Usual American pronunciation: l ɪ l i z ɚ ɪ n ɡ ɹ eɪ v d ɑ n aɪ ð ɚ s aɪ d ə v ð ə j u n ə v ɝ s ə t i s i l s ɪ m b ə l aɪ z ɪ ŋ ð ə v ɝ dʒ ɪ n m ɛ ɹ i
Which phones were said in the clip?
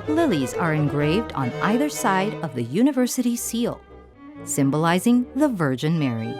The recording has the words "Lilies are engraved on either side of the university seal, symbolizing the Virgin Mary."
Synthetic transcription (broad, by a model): l ɪ l i z ɚ ɪ n ɡ ɹ eɪ v d n aɪ ð ɚ s aɪ d ə v ð ə j u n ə v ɝ s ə t i s i l s ɪ m b ə l aɪ z ɪ ŋ ð ə v ɝ dʒ ɪ n m ɛ ɹ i